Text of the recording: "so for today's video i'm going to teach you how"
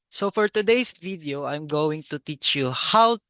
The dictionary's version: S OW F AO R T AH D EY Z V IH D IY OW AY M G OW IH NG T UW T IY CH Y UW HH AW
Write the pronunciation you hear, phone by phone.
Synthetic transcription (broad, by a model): S OW F AO R T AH D EY S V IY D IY OW AY M G OW IH NG T UW T IY CH Y UW HH AW